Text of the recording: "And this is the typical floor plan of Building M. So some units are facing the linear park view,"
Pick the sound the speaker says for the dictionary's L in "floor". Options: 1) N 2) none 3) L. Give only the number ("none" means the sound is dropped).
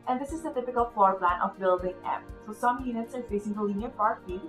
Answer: 2